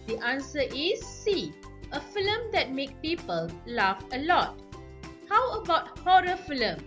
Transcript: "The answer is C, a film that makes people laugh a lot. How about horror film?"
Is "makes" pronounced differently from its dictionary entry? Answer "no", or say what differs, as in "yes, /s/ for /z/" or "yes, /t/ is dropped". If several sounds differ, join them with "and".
yes, /s/ is dropped